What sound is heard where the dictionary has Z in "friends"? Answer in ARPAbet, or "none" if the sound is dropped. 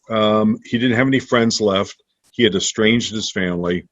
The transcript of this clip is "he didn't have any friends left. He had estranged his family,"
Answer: Z